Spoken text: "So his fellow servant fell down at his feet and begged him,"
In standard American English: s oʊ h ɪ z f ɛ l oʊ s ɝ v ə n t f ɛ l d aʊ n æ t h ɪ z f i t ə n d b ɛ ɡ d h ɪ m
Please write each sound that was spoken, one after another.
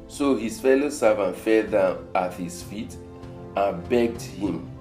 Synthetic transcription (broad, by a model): s oʊ h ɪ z f ɛ l oʊ s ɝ v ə n t f ɛ l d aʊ ɑ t h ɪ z f i t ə n b ɛ ɡ d h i m